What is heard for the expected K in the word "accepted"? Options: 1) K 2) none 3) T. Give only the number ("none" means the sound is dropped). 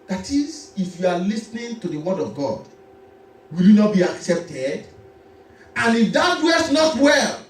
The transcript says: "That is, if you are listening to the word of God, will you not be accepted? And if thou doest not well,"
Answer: 1